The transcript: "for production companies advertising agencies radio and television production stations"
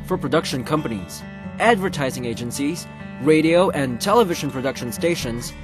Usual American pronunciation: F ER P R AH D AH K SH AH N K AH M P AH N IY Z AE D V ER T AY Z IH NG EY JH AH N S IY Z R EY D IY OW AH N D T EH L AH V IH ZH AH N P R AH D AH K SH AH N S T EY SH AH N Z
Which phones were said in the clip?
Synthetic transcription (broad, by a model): F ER P R AH D AH K SH AH N K AH M P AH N IY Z AE D V ER T AY Z IH NG EY JH AH N S IY Z R EY D IY OW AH N T EH L AH V IH ZH AH N P R AH D AH K SH AH N S T EY SH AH N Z